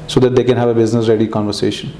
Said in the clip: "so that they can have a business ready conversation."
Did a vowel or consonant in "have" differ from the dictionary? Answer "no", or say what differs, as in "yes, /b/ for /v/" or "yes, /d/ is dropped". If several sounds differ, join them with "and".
no